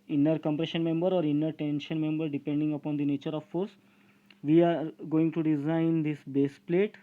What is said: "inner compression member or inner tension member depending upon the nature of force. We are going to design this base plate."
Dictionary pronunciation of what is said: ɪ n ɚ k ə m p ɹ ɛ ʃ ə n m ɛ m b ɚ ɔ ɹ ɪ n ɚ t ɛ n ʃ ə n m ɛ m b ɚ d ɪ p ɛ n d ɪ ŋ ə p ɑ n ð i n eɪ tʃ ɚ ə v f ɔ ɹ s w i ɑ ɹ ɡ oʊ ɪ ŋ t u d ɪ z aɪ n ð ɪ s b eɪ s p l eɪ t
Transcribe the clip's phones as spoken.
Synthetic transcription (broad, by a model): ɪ n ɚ k ə m p ɹ ɛ ʃ ə n m ɛ m b ɚ ɔ ɹ ɪ n ɚ t ɛ n ʃ ə n m ɛ m b ɚ d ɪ p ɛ n d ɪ ŋ ə p ɑ n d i n eɪ tʃ ɚ ə v f ɔ ɹ s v i ɑ ɹ ɡ oʊ ɪ ŋ t u d ɪ z aɪ n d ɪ s b eɪ s p l eɪ t